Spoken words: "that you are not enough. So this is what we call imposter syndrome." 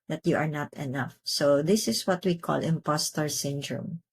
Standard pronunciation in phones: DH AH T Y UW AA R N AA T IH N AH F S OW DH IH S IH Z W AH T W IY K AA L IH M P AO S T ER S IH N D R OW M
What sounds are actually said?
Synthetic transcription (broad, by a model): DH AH T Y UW AA R N AA T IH N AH F S OW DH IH S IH S W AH T W IY K AA L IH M P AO S T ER S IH N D R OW M